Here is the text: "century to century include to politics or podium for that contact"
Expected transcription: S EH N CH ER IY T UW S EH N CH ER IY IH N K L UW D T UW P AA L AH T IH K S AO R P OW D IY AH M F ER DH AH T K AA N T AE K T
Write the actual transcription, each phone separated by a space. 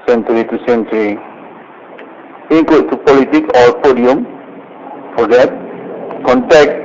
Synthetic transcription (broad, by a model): S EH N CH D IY T UW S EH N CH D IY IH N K UW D T UW P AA L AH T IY K AO R P OW D IY AH M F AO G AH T K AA N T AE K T